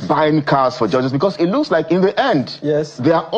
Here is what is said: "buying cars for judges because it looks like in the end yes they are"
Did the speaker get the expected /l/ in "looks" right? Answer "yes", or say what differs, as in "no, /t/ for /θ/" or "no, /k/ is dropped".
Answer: yes